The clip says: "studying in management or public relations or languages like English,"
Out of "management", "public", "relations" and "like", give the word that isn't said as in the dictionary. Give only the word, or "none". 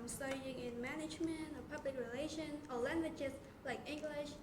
relations